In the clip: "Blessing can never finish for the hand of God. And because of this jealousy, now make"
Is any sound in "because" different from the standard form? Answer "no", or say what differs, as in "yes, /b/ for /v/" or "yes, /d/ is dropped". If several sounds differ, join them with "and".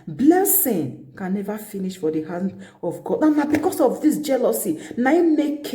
yes, /s/ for /z/